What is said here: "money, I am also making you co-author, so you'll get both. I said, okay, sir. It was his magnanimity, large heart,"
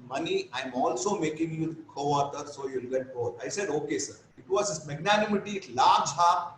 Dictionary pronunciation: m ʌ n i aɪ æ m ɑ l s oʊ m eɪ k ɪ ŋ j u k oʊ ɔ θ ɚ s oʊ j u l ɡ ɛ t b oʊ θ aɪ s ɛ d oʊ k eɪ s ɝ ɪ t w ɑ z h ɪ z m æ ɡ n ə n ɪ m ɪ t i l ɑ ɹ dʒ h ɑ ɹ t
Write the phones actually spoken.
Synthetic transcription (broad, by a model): m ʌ n i aɪ m ɑ l s oʊ m eɪ k ɪ ŋ j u k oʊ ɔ t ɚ s oʊ j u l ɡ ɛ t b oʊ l aɪ s ɛ d oʊ k eɪ s ɝ ɪ t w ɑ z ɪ s m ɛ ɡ n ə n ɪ m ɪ t i l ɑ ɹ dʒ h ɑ